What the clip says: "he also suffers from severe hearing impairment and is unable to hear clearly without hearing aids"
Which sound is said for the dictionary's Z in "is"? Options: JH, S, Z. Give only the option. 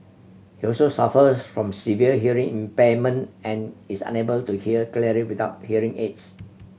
S